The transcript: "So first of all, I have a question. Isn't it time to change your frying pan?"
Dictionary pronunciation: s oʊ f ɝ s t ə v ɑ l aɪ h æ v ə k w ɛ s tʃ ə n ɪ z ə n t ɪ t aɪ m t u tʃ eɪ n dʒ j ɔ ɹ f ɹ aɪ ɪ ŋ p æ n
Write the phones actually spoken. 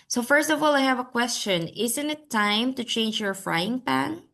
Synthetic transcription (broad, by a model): s oʊ f ɝ s t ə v ɑ l aɪ h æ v ə k w ɛ s tʃ ə n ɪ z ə n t ɪ t aɪ m t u tʃ eɪ n dʒ j ɔ ɹ f ɹ aɪ ɪ ŋ p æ n